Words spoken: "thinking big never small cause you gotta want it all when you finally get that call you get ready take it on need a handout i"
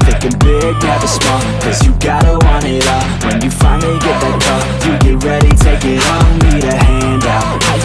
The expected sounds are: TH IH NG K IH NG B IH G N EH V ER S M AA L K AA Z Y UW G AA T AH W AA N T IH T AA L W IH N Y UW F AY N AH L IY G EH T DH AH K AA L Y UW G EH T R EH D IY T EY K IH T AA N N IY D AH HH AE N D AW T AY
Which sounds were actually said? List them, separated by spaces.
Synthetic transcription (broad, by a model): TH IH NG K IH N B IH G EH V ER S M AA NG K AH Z Y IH G AA T AH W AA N IH T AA W IH N Y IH F AY N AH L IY G EH T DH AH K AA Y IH G EH T R EH D IY T EY K IH T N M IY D AH HH AE N D AW T